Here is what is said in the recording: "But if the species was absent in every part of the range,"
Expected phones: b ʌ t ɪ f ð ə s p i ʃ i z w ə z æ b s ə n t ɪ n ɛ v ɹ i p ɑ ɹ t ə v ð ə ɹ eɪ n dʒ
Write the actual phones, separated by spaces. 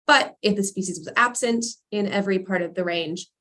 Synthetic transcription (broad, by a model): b ʌ t ɪ f ð ə s p i ʃ i z w ə z æ b s ə n t ɪ n ɛ v ɹ i p ɑ ɹ t ə v ð ə ɹ eɪ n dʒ